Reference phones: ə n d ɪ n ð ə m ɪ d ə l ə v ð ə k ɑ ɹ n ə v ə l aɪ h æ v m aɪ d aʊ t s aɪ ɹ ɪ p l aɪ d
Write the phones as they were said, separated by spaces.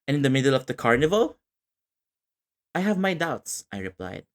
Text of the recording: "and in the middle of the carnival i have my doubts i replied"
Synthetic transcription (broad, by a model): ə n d ɪ n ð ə m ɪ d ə l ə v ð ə k ɑ ɹ n ə v ə l aɪ h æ v m aɪ d aʊ t s aɪ ɹ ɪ p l aɪ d